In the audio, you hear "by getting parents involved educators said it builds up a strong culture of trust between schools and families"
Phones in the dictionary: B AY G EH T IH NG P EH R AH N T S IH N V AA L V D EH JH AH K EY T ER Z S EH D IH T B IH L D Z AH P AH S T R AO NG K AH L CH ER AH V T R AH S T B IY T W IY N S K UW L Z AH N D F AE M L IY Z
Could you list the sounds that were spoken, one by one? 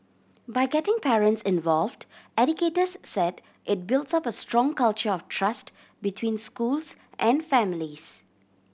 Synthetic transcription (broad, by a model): B AY G EH T IH NG P EH R AH N T S IH N V AA L V D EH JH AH K EY T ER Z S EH D IH T B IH L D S AH P AH S T R AO NG K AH L CH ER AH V T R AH S T B IY T W IY N S K UW L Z AH N D F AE M L IY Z